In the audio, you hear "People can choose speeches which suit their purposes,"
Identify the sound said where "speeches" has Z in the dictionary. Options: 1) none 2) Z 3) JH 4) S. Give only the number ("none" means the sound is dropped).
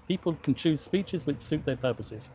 2